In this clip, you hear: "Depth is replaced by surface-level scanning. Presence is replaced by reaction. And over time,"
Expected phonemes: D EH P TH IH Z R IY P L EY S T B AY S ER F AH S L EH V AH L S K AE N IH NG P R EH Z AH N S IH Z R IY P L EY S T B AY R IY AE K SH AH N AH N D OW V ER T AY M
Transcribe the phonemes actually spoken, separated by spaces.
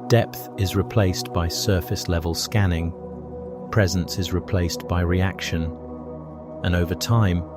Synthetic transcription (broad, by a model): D EH P TH IH Z R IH P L EY S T B AY S ER F AH S L EH V AH L S K AE N IH NG P R EH Z AH N S IH Z R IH P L EY S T B AY R IY AE K SH AH N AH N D OW V ER T AY M